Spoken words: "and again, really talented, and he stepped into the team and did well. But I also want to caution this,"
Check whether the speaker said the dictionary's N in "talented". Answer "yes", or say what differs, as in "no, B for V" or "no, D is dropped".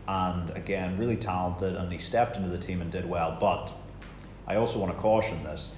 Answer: yes